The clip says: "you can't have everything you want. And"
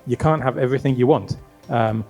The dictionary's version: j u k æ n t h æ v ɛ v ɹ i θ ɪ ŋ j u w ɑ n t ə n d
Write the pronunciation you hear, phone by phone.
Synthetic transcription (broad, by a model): j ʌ k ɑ n t h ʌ v ɛ v ɹ i θ ɪ ŋ j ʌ w ɑ n t ə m